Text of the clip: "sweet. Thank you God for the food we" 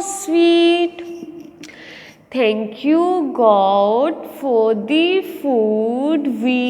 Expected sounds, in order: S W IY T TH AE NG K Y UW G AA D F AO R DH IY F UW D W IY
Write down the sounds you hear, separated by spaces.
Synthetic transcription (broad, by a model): S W IY T T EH NG K Y UW G AA D F AO R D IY F UW D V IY